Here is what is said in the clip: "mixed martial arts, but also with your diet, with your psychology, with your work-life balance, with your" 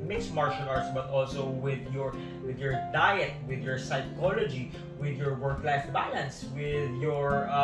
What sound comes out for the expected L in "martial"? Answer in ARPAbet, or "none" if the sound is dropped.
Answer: N